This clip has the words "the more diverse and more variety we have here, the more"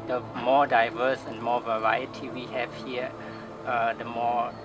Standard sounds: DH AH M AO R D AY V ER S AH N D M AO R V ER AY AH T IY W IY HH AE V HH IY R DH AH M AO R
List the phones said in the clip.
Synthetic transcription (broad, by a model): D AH M AO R D AY V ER S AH N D M AO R V ER AY AH T IY W IY HH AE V HH IY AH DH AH M AO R